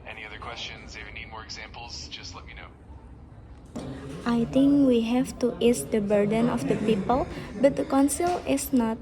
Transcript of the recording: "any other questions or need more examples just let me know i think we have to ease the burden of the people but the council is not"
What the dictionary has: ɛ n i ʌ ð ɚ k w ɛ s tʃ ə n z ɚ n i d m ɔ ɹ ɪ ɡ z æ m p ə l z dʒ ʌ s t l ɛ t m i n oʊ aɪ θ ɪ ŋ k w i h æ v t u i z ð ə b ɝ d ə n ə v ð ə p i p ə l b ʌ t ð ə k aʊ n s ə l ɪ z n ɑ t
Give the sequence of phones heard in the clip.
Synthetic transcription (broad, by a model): ɛ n i ʌ ð ɚ k w ɛ s tʃ ə n z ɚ n i d m ɔ ɹ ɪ ɡ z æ m p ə l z dʒ ʌ s t l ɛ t m i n oʊ aɪ t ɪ ŋ k w i h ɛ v t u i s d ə b ɝ d ə n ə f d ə p i p ə l b ʌ t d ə k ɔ n s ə l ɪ s n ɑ t